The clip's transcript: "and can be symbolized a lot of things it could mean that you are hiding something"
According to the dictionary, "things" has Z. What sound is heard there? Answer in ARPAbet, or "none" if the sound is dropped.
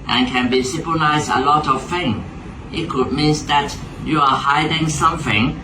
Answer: none